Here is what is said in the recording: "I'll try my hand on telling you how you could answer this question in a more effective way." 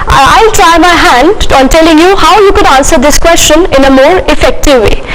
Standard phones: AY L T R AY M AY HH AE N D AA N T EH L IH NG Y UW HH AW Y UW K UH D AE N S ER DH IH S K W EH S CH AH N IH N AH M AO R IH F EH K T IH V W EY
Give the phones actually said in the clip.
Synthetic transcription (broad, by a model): AY L T R AY M AY HH AE N D AA N T EH L IH NG Y UW HH AW Y UW K UH D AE N S ER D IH S K W EH S CH AH N IH N AH M AO R IH F EH K T IH V EY